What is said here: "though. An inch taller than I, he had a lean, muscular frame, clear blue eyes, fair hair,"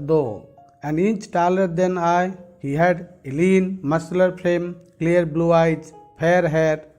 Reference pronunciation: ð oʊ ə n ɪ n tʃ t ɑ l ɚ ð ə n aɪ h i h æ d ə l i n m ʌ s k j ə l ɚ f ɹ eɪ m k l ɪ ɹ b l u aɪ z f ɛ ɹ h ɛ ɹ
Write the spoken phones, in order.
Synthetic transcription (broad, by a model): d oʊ ə n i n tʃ t ɑ l ɚ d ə n aɪ h i h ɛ d l i n m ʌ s l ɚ p ɹ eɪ m k l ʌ ɹ b l u aɪ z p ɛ ɹ h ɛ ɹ